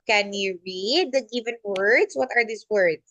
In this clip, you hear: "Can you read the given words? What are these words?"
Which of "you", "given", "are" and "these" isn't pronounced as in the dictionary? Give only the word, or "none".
these